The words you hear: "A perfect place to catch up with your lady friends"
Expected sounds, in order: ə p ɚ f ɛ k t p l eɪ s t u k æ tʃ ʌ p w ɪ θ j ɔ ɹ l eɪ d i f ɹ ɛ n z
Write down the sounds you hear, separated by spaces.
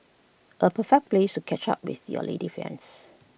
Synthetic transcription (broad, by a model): ə p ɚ f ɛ k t p l eɪ s t u k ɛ tʃ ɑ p w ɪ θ j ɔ l eɪ d i f ɛ n s